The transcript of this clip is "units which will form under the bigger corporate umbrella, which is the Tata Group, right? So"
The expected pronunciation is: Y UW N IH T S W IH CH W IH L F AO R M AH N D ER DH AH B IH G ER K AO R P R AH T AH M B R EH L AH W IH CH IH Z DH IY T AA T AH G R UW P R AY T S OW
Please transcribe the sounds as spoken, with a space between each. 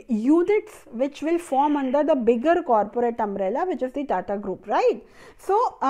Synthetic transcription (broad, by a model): Y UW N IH T S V IH CH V IH L F AO R M AH N D ER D AH B IH G ER K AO R P R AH T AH M R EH L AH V IH CH IH Z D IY T AA T AH G R UW P R AY T S OW